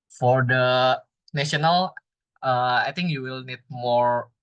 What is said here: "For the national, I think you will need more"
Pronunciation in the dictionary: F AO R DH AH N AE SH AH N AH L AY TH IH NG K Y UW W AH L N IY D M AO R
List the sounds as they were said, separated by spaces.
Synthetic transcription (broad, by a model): F AO R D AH N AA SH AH N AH L AY T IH NG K Y UW W AH L N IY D M AO R